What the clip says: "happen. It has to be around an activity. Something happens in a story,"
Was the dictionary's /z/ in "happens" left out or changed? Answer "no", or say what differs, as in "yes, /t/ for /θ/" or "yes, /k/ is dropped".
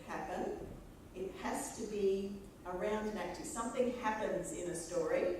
no